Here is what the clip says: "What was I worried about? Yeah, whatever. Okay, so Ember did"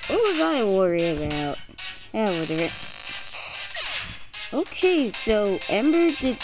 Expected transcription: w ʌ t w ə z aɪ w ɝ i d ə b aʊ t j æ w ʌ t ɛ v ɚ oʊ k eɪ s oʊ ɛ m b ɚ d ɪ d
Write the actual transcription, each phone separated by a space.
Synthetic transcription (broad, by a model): w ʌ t w ə z aɪ w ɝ i ə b aʊ t j æ w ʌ t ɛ v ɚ oʊ k eɪ s oʊ ɛ m b ɚ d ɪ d